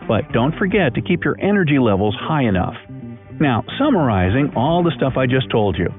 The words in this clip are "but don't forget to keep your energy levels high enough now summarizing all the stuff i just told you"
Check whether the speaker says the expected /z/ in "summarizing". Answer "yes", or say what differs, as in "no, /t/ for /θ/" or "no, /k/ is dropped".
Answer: yes